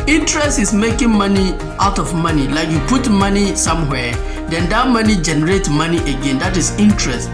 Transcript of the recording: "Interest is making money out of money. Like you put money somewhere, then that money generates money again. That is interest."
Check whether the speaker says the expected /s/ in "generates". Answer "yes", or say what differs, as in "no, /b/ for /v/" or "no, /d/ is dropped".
no, /s/ is dropped